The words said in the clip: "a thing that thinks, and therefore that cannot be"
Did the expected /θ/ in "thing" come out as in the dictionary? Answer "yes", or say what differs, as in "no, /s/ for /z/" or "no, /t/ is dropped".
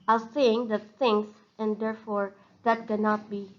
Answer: no, /s/ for /θ/